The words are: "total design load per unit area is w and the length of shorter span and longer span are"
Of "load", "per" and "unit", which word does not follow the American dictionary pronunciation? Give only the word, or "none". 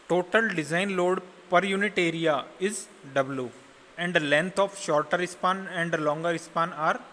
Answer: none